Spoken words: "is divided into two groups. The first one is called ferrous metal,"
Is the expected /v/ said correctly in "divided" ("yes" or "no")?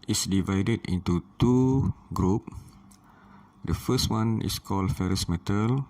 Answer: yes